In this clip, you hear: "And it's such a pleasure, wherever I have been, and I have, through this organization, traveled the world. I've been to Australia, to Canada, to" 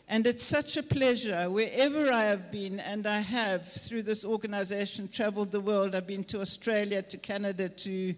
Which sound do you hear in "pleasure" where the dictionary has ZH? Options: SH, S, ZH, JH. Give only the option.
ZH